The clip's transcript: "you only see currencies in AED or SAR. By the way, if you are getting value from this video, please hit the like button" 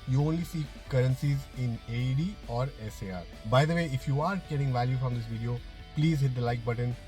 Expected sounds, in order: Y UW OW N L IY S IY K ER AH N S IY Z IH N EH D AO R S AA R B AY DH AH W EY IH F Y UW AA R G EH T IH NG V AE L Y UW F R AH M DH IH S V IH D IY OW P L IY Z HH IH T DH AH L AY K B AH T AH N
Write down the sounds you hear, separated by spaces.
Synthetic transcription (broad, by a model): Y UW OW N L IY S IY K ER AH N S IY Z IH N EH D AO R S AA R B AY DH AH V EY IH F Y UW AA R G EH T IH NG V AE L Y UW F R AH M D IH S V IH D IY OW P L IY Z HH IH T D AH L AY K B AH T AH N